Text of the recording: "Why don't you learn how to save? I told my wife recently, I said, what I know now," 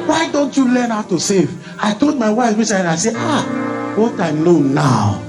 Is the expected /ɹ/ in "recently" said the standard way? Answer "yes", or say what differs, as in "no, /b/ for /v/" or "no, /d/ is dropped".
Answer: no, /w/ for /ɹ/